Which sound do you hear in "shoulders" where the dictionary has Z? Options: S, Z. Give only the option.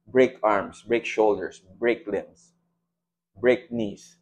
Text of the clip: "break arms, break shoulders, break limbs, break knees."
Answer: S